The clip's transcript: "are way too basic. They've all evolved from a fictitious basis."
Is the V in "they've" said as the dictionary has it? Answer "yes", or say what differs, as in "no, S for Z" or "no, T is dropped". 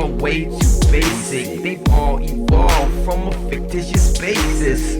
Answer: no, V is dropped